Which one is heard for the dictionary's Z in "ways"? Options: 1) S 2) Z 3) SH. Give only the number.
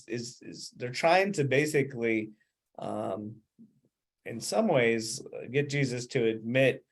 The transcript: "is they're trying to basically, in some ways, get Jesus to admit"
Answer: 2